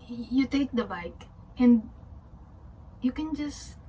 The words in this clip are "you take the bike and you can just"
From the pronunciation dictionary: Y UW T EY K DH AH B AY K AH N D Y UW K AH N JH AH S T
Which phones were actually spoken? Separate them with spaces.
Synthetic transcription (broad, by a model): Y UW T EY K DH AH B AY K AH N D Y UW K AH N JH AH S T